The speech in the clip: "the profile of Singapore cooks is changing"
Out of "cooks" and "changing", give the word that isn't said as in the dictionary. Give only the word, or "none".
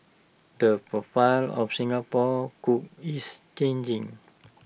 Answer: cooks